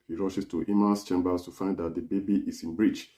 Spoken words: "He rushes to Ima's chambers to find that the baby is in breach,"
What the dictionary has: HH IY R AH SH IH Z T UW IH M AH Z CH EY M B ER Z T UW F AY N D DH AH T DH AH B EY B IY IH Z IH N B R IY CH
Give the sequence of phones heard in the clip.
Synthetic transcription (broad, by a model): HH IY R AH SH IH S T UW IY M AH S CH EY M B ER S T UW F AY N D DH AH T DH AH B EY B IY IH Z IH N B R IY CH